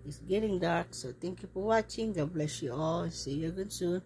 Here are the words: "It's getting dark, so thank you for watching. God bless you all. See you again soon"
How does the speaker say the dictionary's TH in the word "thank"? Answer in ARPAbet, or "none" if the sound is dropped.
T